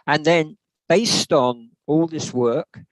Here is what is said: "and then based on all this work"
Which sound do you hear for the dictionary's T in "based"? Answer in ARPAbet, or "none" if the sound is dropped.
T